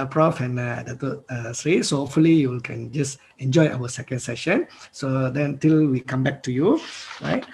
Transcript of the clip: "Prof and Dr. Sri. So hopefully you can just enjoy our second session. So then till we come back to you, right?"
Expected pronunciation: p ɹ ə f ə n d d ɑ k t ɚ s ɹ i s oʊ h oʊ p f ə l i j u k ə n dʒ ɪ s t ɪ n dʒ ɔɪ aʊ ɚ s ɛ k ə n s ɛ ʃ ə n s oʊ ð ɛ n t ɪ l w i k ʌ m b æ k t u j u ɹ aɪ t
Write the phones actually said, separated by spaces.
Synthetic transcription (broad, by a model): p ɹ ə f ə n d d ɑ t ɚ s ɹ i s oʊ h oʊ p f ə l i j u k ə n dʒ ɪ s ɪ n dʒ ɔɪ aʊ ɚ s ɛ k ə n s ɛ ʃ ə n s oʊ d ɛ n t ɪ l w i k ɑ m b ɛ k t u j u ɹ aɪ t